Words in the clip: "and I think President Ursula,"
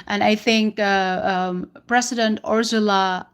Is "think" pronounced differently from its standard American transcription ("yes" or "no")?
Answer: no